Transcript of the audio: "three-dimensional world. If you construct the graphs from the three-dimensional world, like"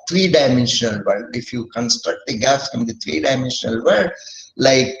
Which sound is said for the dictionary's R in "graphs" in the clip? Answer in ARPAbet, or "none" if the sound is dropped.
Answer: none